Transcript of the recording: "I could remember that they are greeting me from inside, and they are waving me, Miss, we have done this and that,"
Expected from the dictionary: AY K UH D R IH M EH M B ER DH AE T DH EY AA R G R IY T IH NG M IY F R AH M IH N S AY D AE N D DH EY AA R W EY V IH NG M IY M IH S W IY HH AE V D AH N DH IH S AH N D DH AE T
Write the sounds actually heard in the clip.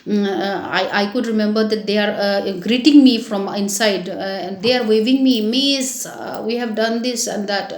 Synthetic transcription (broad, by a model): AY K UH D R IH M EH M B ER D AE T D EY AA R G R IY T IH NG M IY F R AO M IH N S AY D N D EY AA R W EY V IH NG M IY M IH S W IY HH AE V D AH N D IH S AH N D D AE T